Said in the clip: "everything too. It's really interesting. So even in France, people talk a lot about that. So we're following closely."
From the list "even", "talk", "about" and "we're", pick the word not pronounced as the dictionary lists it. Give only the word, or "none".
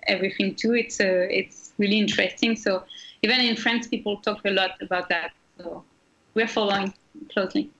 none